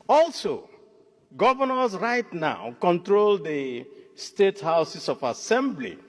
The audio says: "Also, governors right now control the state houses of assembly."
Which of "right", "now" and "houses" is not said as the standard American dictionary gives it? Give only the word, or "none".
houses